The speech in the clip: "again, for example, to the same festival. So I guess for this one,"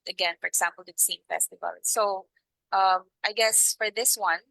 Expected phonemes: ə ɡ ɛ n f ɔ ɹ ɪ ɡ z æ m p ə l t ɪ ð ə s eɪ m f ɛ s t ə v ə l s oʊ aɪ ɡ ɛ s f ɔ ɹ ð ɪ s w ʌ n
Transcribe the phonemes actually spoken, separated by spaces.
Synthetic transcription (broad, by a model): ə ɡ ɛ n f ɔ ɹ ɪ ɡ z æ m p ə l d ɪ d s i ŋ f ɛ s t ə v ə l s oʊ aɪ ɡ ɛ s f ɔ ɹ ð ɪ s w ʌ n